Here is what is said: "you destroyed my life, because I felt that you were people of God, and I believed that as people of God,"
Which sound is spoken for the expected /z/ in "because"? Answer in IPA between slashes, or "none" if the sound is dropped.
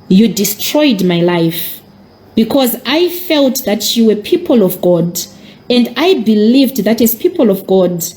/z/